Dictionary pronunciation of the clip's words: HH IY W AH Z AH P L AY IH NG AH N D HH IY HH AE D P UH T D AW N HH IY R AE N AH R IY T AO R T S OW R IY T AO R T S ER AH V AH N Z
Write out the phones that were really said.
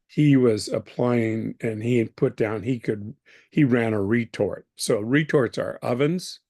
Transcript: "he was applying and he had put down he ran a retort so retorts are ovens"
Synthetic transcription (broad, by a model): HH IY W AH Z AH P L AY IH NG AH N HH IY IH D P UH T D AW N HH IY R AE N AH R IY T AO R T S OW R IY T AO R T S ER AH V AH N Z